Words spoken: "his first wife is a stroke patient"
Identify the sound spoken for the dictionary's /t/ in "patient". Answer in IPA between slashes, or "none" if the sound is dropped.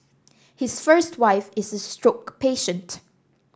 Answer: /t/